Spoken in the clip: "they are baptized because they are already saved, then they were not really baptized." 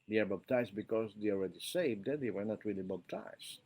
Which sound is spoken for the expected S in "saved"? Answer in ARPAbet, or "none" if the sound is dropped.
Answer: S